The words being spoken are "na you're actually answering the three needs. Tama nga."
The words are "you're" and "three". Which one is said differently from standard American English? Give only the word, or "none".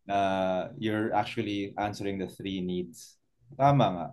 none